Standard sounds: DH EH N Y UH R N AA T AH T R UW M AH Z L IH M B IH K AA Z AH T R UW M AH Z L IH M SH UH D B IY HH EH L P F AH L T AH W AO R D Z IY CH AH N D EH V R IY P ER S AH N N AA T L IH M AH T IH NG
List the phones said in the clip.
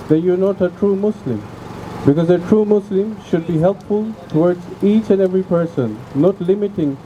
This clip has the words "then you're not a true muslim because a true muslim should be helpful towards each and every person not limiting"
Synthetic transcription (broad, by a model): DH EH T Y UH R N AA T AH T R UW M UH S L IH M B IH K AA Z AH T R UW M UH S L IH M SH UH D B IY HH EH L P F AH L T AH W AO R D Z IY CH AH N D EH V R IY P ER S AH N N AA T L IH M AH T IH NG